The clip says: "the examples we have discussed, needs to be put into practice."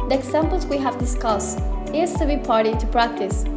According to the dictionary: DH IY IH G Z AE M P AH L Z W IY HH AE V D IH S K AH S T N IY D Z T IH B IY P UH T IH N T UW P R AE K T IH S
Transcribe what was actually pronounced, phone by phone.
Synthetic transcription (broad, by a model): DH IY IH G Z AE M P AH L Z W IY HH AE V D IH S K AH S T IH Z T IH B IY P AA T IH T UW P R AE K T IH S